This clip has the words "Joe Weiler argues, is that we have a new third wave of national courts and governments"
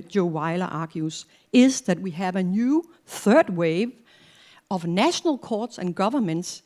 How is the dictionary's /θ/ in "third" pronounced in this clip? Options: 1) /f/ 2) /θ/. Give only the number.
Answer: 2